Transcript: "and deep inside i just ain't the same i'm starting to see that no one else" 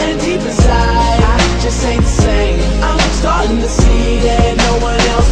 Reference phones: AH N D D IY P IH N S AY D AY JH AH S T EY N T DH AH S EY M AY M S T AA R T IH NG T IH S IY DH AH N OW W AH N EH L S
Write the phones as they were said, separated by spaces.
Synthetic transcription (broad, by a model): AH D D IY P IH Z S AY AY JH AH S T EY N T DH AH S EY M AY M S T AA R T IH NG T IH S IY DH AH N OW W AH N EH L S